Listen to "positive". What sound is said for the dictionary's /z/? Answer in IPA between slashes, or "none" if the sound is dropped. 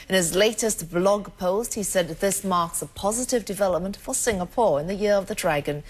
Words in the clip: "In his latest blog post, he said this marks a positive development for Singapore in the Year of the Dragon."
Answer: /z/